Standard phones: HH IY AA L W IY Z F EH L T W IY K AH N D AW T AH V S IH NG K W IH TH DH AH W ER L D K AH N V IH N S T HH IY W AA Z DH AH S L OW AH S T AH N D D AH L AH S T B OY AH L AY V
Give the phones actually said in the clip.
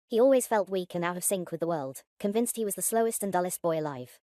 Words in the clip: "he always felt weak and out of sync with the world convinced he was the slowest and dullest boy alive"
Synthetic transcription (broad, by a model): HH IY AA L W IY Z F EH L T W IY K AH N AW T AH V S IH NG K W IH DH AH W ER L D K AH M V IH N S T HH IY W AA Z DH AH S L OW AH S T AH N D D AH L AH S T B OY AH L AY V